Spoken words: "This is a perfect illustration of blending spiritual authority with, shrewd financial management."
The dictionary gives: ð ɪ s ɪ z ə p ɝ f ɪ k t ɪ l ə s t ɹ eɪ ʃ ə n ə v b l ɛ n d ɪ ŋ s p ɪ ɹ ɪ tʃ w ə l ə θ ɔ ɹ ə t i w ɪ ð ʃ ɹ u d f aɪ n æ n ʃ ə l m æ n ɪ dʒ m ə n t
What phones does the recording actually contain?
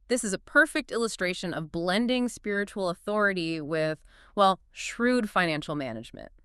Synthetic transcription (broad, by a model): ð ɪ s ɪ z ə p ɝ f ɪ k t ɪ l ə s t ɹ eɪ ʃ ə n ə v b l ɛ n d ɪ ŋ s p ɪ ɹ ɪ tʃ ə l ə θ ɔ ɹ ə t i w ɪ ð ʃ ɹ u d f aɪ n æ n ʃ l m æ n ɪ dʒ m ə n t